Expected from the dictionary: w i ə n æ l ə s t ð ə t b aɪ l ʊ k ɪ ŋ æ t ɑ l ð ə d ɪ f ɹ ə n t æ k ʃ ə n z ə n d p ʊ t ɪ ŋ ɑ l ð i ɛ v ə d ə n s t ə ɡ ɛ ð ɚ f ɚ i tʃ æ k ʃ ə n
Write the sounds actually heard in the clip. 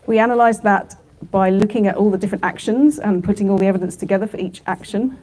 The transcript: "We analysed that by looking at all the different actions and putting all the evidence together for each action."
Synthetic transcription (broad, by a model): w i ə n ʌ l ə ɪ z ð ə t b aɪ l ʊ k ɪ ŋ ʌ t ɑ l ð ə d ɪ f ɹ ə n t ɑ k ʃ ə n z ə n p ʊ t ɪ ŋ ɑ l i ɛ v ə d ə n s t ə ɡ ɛ ð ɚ f ɚ i tʃ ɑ k ʃ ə n